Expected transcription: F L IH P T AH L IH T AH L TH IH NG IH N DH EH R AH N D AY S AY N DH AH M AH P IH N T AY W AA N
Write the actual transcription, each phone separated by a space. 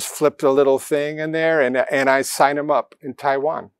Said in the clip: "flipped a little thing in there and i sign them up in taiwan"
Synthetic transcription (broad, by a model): F L IH P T AH L IH T L TH IH NG IH N DH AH R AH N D AY S AY N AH M AH P IH N T AY W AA N